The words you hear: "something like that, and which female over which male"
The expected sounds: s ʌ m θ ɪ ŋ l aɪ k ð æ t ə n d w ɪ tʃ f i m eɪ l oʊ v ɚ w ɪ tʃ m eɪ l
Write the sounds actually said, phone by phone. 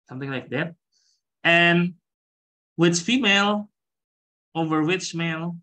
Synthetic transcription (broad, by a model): s ʌ m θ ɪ ŋ l aɪ k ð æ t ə n w ɪ tʃ f i m eɪ l oʊ v ɚ w ɪ tʃ m eɪ l